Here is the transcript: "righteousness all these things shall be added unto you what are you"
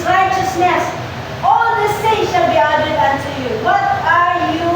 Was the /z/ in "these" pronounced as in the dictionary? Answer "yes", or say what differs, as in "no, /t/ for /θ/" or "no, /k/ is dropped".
no, /s/ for /z/